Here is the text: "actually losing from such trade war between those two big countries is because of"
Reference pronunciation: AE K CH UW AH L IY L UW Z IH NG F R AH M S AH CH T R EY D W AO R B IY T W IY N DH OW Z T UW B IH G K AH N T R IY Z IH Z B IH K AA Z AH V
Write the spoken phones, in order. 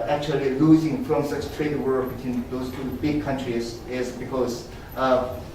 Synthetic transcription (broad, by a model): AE K CH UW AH L IY L UW Z IH NG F R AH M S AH S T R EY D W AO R B IY T W IY N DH OW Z T UW B IH G K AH N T R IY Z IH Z B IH K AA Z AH